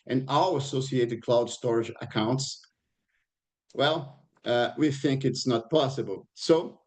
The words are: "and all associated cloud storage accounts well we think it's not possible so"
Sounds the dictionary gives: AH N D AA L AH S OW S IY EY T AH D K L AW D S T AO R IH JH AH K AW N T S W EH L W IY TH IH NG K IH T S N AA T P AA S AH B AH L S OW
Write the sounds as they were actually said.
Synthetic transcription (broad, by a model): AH N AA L AH S OW S IY EY T AH D K L AW D S T AO R IH JH AH K AW N T S W EH L W IY TH IH NG K IH T S N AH T P AA S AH B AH L S OW